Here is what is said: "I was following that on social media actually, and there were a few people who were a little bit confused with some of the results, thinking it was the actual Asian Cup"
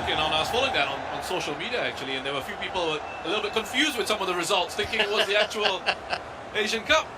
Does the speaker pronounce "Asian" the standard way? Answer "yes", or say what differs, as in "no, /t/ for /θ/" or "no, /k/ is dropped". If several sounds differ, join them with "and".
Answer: yes